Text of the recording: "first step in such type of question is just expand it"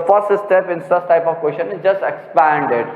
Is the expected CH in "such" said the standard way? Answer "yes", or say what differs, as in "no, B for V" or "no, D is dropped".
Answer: no, S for CH